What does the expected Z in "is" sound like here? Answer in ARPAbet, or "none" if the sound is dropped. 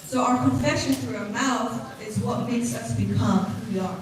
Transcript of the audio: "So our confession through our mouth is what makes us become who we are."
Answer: Z